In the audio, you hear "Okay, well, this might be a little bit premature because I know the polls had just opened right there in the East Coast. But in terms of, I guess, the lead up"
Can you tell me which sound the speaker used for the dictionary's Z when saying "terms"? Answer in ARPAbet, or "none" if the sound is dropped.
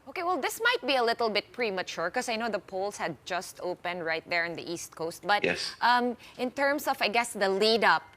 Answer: S